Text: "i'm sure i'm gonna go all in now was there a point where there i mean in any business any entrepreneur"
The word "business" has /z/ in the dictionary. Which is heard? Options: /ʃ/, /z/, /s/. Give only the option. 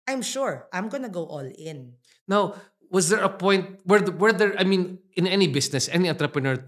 /s/